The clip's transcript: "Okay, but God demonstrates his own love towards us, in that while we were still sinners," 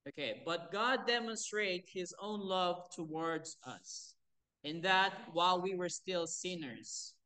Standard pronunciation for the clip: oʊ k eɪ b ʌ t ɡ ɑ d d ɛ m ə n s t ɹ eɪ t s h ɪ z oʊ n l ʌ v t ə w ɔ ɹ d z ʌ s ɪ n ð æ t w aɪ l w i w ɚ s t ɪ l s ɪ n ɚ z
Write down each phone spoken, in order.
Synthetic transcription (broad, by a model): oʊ k eɪ b ʌ t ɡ ɑ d d ɛ m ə n s t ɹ eɪ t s h ɪ z oʊ n l ʌ v t ə w ɔ ɹ d z ʌ s ɪ n ð æ t w aɪ l w i w ɚ s t ɪ l s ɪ n ɚ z